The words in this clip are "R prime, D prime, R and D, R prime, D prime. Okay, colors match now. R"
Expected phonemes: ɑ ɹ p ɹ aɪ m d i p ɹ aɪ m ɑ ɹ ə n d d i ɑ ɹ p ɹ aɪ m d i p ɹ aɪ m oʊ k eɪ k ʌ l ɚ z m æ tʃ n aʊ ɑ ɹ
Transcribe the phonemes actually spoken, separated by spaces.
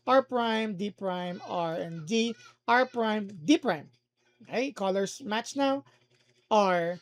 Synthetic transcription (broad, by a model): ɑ ɹ p ɹ aɪ m d i p ɹ aɪ m ɑ ɹ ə n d d i ɑ ɹ p ɹ aɪ m d i p ɹ aɪ m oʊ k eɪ k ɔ l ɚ s m æ tʃ n aʊ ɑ ɹ